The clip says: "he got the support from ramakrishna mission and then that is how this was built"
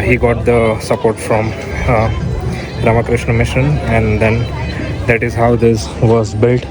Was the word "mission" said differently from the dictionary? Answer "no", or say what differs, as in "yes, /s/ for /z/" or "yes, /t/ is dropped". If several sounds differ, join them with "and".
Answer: no